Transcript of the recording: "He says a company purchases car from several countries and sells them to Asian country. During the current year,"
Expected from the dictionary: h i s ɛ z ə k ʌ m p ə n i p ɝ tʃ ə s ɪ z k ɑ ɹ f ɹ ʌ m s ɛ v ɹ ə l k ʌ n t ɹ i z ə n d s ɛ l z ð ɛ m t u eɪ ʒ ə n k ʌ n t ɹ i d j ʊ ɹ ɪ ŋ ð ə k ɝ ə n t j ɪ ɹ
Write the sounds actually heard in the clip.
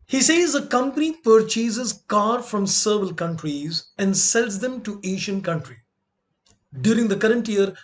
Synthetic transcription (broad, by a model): h i s ɛ z ə k ʌ m p ə n i p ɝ tʃ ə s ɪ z k ɑ ɹ f ɹ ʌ m s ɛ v ə l k ʌ n t ɹ i z ə n d s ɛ l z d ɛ m t u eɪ ʃ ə n k ʌ n t ɹ i d j ʊ ɹ ɪ ŋ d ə k ɝ ə n t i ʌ ɹ